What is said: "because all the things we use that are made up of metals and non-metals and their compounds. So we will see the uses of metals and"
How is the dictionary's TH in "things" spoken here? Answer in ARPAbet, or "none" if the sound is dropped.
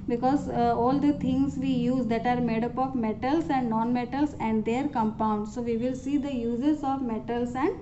T